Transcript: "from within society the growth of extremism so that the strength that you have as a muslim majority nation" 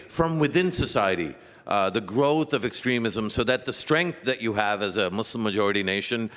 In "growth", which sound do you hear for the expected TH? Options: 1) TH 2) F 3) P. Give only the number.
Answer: 1